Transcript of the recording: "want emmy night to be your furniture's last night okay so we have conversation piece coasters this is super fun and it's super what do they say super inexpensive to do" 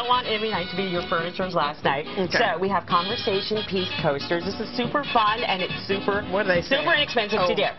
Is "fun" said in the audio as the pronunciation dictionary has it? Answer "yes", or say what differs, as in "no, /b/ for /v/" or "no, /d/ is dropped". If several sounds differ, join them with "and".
yes